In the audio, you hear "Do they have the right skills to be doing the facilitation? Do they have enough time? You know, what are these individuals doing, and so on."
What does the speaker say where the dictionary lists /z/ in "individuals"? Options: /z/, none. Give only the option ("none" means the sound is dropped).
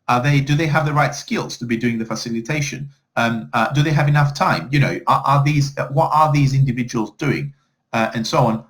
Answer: /z/